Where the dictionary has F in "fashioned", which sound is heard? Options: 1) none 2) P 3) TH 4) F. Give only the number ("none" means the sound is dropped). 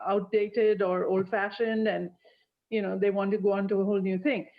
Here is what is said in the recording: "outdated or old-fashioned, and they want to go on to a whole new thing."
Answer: 4